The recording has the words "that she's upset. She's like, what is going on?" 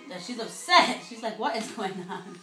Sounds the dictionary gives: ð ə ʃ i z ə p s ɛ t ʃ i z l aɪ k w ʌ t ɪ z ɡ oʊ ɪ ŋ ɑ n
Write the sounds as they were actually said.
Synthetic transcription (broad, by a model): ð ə ʃ i z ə s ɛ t ʃ i z l aɪ k w ʌ t ɪ z ɡ oʊ ɪ ŋ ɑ n